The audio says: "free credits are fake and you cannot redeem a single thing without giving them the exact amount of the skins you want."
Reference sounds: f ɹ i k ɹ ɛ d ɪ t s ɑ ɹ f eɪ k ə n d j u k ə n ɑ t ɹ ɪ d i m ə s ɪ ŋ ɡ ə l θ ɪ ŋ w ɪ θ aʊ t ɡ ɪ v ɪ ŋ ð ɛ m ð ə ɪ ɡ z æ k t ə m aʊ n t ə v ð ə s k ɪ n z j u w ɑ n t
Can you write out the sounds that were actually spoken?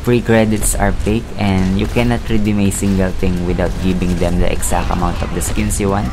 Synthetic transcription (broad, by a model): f ɹ i k ɹ ɛ d ɪ t s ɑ ɹ p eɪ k ə n d j u k ə n ɑ t ɹ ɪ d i m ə s ɪ ŋ ɡ ə l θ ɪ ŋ w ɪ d aʊ t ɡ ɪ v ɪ ŋ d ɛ m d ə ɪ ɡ s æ k t ə m aʊ n t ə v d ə s k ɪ n s j u w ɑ n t